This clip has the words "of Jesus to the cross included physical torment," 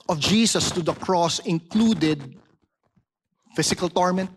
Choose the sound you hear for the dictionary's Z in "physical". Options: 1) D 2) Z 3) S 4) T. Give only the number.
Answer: 3